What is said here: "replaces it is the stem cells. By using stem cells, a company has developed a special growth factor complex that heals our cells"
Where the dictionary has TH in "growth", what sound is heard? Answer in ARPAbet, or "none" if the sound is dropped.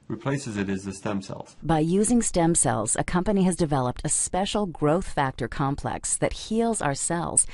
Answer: TH